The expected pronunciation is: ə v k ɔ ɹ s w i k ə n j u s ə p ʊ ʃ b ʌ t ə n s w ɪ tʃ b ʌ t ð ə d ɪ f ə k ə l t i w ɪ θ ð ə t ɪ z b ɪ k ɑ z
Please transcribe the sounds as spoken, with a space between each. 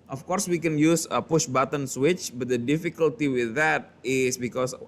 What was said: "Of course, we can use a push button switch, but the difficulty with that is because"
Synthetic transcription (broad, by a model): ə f k ɔ ɹ s w i k ə n j u s ə p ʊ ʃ b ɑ t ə n s w ɪ tʃ b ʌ t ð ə d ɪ f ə k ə l t i w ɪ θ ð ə t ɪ s b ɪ k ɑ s